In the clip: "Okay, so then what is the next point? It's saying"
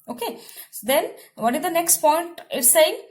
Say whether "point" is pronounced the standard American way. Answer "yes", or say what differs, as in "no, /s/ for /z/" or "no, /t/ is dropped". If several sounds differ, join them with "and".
yes